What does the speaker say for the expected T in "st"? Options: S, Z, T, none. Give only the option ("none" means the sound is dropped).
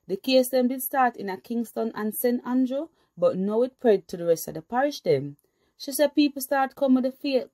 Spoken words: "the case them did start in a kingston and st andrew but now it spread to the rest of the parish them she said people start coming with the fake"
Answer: T